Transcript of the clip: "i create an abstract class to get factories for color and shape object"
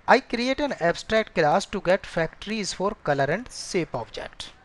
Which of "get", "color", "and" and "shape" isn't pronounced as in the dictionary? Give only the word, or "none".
shape